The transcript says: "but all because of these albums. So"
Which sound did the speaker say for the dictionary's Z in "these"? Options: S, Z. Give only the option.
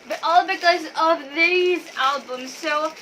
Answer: Z